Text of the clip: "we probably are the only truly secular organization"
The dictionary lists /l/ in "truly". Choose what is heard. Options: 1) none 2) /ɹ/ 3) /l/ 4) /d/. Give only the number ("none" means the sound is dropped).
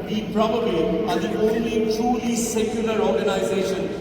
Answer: 1